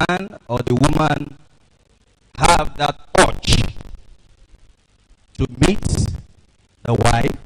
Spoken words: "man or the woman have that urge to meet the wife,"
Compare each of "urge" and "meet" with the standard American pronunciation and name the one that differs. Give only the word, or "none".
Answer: urge